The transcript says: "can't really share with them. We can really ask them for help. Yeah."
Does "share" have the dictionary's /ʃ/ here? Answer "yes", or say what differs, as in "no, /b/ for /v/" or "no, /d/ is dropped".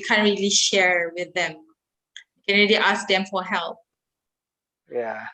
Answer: yes